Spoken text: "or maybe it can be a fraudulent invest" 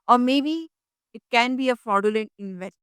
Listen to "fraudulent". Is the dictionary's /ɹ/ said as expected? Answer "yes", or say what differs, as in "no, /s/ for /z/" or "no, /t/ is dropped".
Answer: no, /ɹ/ is dropped